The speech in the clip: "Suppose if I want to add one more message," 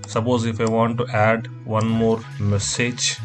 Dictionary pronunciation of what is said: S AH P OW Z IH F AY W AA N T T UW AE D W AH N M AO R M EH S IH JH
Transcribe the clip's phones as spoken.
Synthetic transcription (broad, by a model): S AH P OW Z IH F AY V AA N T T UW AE D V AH N M AO R M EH S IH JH